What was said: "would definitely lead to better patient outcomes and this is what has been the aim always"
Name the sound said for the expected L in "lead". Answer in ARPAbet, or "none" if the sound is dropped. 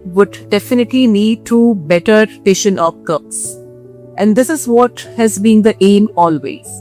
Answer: N